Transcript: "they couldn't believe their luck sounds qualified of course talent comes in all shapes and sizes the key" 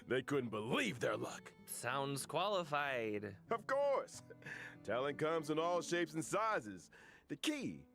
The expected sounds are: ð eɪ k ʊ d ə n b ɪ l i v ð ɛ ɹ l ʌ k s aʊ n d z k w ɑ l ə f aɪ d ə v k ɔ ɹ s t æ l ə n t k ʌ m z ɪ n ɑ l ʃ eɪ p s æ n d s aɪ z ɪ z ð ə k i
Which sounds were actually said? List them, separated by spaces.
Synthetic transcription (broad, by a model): ð eɪ k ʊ d n b ɪ l i v ð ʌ ɹ l ʌ k s aʊ n d z k w ɑ l ə f aɪ d ə v k ɔ ɹ s t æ l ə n k ʌ m z ɪ n ɑ l ʃ eɪ p s n s aɪ z ɪ z ð ə k i